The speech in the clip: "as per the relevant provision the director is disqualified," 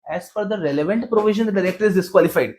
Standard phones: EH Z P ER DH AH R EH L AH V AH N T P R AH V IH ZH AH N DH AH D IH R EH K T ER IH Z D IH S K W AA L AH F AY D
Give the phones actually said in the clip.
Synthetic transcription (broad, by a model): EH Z F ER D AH R EH L AH V AH N T P R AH V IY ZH AH N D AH D IH R EH K T ER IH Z D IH S K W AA L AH F AY D